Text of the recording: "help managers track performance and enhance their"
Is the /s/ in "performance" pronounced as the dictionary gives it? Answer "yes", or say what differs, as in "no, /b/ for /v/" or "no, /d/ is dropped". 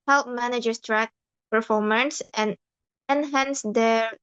yes